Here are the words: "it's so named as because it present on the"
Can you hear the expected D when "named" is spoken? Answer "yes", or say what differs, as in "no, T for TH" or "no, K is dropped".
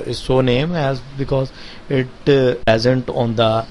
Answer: no, D is dropped